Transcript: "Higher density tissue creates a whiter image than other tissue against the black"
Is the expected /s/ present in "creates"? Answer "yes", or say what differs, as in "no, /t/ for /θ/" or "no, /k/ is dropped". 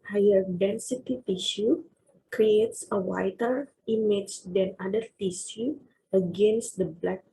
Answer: yes